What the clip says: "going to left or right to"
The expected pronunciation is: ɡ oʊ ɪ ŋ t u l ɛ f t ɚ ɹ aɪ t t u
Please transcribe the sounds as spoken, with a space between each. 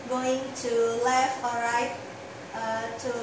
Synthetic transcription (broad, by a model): ɡ oʊ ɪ ŋ t u l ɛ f ɔ ɹ aɪ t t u